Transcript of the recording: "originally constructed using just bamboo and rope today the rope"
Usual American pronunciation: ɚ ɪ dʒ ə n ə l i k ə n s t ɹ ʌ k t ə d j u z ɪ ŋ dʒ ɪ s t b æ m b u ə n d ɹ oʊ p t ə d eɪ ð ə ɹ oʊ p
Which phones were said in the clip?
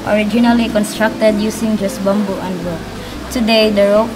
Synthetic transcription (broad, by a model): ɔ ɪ dʒ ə n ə l i k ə n s t ɹ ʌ k t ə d j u s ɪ ŋ dʒ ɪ s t b æ m b u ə n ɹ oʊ t ə d eɪ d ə ɹ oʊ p